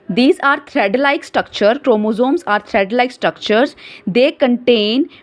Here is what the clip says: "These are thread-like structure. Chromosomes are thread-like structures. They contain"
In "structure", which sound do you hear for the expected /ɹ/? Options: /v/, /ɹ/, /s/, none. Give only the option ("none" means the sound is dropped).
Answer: /ɹ/